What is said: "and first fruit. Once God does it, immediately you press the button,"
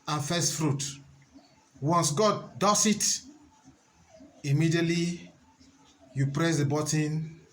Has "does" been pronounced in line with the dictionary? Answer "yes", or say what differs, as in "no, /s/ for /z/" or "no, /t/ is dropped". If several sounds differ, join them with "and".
no, /s/ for /z/